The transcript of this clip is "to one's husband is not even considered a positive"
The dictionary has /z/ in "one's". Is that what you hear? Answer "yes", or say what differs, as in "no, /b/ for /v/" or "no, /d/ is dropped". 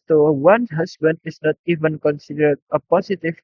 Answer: no, /z/ is dropped